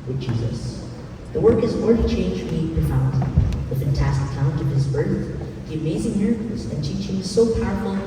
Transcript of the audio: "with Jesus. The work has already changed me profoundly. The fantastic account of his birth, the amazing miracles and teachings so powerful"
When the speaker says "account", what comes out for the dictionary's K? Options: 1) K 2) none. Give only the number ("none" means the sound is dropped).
2